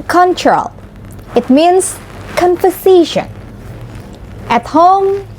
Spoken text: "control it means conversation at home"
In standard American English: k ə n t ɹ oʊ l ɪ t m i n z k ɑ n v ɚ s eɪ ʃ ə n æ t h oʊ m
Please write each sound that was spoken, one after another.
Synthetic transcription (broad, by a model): k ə n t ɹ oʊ l ɪ t m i n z k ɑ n f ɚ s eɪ ʃ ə n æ t h oʊ m